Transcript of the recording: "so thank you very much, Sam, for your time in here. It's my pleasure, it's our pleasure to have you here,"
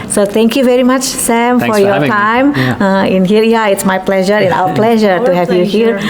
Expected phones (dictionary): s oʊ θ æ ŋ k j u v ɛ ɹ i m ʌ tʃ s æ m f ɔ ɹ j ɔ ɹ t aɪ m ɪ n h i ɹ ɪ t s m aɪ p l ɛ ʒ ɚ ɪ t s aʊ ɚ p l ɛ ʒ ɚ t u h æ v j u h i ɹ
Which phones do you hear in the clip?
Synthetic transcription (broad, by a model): s oʊ t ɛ ŋ k j u v ɛ ɹ i m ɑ tʃ s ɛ m f ɔ ɹ j ɔ ɹ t aɪ m ɪ n h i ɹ ɪ t s m aɪ p l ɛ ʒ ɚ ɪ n aʊ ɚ p l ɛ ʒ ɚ t u h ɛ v j u h i ɹ